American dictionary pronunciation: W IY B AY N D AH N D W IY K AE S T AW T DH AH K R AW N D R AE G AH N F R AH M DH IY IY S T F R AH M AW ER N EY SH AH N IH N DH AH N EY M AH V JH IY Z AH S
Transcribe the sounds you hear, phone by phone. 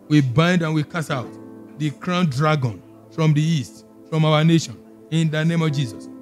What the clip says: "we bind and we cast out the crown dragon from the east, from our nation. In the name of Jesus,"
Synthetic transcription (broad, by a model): W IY B AY N D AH N W IY K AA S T AW T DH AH K R AW N D R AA G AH N F R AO M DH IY IY S T F R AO M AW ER N EY SH AH N IH N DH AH N EY M AH V JH IY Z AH S